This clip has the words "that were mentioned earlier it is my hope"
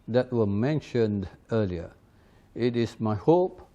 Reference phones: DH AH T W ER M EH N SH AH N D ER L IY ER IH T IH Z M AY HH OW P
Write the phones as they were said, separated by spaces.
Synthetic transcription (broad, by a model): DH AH T W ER M EH N SH AH N D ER L IY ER IH T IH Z M AY HH OW P